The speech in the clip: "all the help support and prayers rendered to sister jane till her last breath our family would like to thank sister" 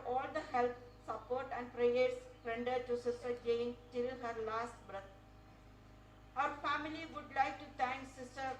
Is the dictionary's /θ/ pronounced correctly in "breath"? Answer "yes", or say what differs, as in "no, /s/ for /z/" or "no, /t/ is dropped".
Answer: no, /t/ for /θ/